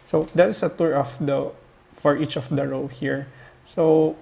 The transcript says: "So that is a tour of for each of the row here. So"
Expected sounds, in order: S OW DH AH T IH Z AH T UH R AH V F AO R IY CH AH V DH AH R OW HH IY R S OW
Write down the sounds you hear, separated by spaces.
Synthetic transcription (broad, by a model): S OW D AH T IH S AH T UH R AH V F AO R IY CH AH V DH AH R OW HH IY R S OW